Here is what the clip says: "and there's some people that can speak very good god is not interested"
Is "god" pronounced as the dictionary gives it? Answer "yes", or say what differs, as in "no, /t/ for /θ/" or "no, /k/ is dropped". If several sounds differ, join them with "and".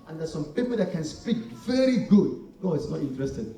no, /d/ is dropped